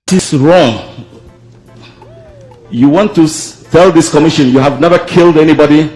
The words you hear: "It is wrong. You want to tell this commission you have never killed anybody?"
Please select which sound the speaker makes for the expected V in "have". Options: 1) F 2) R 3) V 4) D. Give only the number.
3